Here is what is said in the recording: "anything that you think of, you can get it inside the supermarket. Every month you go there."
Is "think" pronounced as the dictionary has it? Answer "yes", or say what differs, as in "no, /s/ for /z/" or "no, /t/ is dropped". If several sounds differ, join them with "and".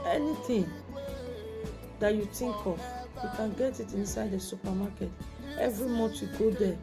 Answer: no, /t/ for /θ/